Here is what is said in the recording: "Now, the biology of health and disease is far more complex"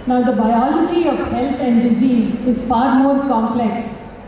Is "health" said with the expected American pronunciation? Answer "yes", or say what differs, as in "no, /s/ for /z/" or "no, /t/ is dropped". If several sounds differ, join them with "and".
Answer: no, /t/ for /θ/